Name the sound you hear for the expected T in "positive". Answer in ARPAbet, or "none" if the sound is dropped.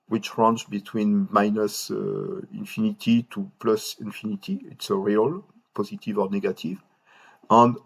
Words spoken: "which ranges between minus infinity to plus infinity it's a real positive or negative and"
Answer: T